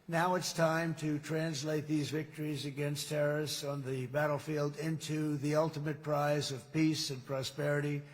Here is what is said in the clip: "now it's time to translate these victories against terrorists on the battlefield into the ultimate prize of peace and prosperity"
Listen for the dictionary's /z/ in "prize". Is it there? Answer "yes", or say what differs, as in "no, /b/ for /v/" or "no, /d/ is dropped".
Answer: yes